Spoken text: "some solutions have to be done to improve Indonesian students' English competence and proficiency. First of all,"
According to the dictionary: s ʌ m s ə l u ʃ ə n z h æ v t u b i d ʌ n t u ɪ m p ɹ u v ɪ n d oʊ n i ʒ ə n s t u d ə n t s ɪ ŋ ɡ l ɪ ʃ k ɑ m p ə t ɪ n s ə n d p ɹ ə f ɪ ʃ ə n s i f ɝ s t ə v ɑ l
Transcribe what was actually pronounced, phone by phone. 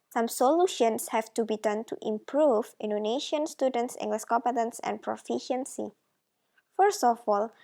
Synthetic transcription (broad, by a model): s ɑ m s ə l u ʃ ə n s h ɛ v t u b i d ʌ n t u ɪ m p ɹ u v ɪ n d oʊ n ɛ ʃ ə n s t u d ə n t s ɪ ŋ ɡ l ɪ s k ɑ p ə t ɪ n s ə n p ɹ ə f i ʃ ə n s i f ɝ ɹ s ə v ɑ l